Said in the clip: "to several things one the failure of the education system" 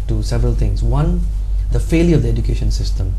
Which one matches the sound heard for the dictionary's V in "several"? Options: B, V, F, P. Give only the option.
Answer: V